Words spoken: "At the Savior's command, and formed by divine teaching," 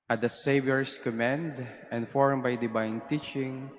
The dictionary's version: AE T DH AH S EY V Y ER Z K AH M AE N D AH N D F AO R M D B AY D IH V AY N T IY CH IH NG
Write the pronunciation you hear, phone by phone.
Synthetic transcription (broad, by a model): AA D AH S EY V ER S K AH M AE N D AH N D F AO R M B AY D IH B AY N T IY CH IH NG